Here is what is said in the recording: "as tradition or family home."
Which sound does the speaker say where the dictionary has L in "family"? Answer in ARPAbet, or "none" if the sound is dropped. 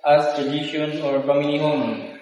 N